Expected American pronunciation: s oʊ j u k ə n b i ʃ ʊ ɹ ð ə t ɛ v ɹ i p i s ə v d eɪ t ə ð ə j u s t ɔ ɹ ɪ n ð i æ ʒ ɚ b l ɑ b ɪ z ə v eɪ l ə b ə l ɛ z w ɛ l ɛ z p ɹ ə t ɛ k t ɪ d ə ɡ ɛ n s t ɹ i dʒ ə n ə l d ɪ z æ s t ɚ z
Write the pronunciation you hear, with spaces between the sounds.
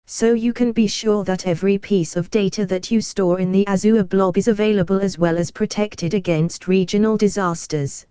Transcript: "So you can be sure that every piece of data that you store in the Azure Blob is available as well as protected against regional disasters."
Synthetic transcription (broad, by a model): s oʊ j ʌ k ə n b i ʃ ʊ ð ə t ɛ v ɹ i p i s ə v d eɪ t ə ð ə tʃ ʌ s t ɔ ɹ ɪ n ð i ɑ z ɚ b l ɑ b ɪ z ə v eɪ l ə b ə l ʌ z w ɛ l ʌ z p ɹ ə t ɛ k t ɪ d ə ɡ ɛ n s t ɹ i dʒ ə n ə l d ɪ z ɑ s t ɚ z